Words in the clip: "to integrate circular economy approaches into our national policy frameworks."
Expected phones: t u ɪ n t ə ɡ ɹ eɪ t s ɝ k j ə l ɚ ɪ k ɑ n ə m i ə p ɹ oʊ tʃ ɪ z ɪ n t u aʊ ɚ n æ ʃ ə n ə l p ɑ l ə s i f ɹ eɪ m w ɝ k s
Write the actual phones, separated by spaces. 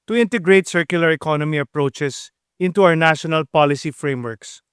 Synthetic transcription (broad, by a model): t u ɪ n t ə ɡ ɹ eɪ t s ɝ k j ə l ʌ ɪ k ɑ n ə m i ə p ɹ oʊ tʃ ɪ s ɪ n t u aʊ ɚ n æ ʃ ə n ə l p ɑ l ə s i f ɹ eɪ m w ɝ k s